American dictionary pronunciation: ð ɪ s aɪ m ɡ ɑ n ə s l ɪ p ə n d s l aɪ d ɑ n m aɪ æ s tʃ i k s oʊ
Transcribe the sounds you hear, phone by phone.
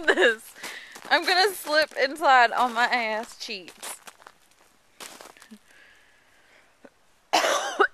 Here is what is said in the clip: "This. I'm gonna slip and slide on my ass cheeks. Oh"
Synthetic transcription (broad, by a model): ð ɪ s aɪ m ɡ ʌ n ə s l ɪ p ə n s aɪ d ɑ l m aɪ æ s tʃ i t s